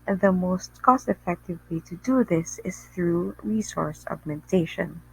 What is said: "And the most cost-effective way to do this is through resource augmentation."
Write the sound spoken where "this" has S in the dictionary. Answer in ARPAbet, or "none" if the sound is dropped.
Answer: S